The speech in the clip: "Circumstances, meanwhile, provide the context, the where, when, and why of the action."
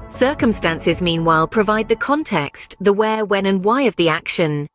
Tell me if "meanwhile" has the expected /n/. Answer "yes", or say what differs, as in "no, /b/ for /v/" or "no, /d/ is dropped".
yes